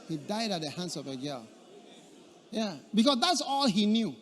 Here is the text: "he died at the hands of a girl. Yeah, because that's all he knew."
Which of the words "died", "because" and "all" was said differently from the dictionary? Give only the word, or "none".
because